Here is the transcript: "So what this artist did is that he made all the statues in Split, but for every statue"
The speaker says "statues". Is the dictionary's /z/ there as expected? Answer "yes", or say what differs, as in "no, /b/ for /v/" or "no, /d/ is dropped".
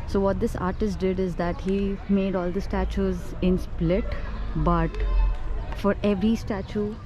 yes